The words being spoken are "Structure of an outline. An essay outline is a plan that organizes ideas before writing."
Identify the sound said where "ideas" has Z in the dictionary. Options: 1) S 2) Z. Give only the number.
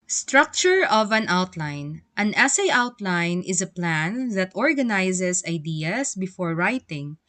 1